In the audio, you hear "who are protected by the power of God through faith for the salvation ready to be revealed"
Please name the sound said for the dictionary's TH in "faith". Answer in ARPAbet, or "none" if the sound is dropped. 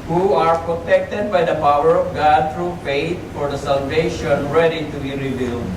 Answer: T